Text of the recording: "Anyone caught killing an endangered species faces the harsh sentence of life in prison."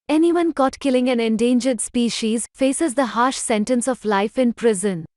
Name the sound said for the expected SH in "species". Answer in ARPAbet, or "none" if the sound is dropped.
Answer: SH